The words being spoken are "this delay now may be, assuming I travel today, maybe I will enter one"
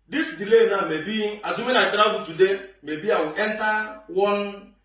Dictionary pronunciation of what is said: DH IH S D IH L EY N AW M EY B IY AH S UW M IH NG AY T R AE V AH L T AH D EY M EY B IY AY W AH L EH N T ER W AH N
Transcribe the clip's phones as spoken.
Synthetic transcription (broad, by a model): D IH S D IH L EY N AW M EY B IY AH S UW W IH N AY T R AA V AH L T AH D EY M EY B IY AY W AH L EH N T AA W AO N